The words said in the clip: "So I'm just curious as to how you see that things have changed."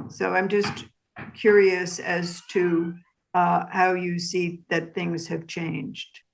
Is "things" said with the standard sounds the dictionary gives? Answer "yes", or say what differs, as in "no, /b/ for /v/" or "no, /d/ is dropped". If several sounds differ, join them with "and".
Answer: yes